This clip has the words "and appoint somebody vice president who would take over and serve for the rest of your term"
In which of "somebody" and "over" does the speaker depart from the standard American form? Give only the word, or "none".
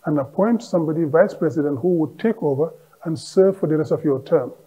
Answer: none